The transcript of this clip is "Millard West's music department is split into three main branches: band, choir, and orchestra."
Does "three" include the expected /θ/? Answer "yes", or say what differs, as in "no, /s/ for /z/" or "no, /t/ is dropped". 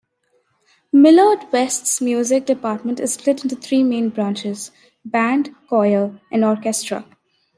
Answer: no, /t/ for /θ/